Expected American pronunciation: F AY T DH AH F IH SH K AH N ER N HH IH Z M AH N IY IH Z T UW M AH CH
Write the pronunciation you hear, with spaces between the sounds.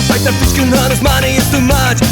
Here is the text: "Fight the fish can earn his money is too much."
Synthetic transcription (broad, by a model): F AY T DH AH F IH S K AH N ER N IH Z M AH N IY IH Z T UW M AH CH